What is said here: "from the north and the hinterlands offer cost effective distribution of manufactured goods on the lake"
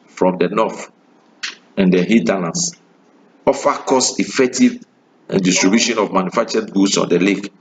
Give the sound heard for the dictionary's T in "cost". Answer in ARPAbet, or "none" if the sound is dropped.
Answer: none